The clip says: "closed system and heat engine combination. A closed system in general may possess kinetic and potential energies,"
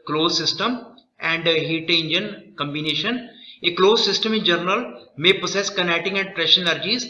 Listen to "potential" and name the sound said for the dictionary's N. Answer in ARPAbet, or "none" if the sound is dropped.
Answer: none